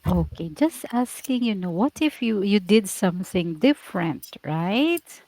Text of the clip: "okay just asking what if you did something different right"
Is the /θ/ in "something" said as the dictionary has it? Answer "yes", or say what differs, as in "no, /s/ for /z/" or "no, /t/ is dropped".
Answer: yes